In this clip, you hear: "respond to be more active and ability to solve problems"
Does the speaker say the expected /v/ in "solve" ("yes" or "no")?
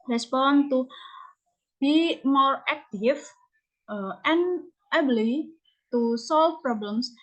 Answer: no